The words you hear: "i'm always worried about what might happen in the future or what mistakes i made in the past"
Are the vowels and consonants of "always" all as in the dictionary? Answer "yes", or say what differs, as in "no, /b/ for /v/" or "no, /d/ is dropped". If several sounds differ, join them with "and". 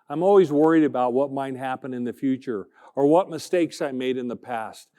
yes